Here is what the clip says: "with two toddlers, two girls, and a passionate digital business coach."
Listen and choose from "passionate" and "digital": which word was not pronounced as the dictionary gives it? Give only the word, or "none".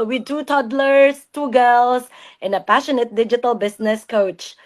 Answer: none